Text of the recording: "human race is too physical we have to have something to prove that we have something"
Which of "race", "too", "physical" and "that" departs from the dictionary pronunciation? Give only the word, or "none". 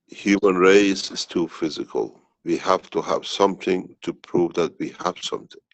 none